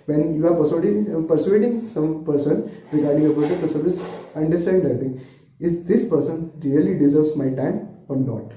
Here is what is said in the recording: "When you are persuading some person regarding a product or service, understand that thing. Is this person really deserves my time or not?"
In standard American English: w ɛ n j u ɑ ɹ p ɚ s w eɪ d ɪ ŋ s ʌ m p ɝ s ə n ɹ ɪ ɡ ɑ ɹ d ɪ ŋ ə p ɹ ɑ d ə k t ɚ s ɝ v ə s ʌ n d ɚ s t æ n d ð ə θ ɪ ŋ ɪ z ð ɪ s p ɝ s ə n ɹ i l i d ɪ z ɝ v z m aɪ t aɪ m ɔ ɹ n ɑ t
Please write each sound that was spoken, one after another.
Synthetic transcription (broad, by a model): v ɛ n j u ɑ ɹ p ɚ s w eɪ d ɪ ŋ s ʌ m p ɝ s ə n ɹ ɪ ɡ ɑ ɹ d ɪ ŋ ə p ɹ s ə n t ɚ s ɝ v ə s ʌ n d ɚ s t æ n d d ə t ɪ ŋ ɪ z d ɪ s p ɝ s ə n ɹ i l i d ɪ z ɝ v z m aɪ t aɪ m ɔ ɹ n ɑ t